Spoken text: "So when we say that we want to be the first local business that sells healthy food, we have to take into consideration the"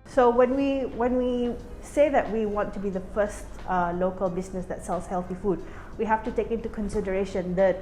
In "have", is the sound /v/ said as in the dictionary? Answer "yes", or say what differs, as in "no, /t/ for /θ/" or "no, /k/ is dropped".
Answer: no, /f/ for /v/